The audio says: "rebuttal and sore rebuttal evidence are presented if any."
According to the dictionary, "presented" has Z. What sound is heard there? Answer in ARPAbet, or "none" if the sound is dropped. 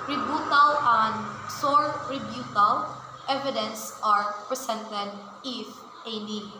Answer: S